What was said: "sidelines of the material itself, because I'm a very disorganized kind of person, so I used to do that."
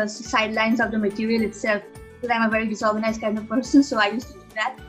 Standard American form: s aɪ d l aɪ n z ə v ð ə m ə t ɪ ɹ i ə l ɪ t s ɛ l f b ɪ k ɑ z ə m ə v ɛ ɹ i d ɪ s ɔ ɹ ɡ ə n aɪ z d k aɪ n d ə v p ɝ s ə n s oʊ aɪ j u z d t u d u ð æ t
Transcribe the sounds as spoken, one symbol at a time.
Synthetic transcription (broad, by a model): s aɪ d l aɪ n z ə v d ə m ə t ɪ ɹ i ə l ɪ t s ɛ l f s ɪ ɑ ə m ə v ɛ ɹ i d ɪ s ɔ ɹ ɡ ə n aɪ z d k aɪ n d ə v p ɝ s ə n s oʊ aɪ j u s t u d u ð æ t